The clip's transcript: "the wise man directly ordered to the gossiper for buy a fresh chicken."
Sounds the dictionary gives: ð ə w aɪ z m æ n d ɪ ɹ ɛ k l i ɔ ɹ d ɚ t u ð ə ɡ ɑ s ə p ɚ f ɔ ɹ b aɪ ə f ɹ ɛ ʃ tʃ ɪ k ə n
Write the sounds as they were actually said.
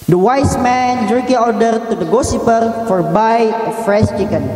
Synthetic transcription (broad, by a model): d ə w aɪ s m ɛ n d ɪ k i ɔ ɹ d ɚ t u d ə ɡ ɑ s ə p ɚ f ɔ ɹ b aɪ ə f ɹ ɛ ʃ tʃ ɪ k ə n